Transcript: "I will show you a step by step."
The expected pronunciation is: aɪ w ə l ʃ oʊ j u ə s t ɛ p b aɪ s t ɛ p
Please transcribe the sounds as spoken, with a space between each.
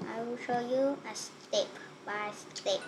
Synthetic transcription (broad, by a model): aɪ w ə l ʃ oʊ j u ə s t ɛ p b aɪ s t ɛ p